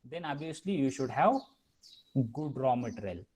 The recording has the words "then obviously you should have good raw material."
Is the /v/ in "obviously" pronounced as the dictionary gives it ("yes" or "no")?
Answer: no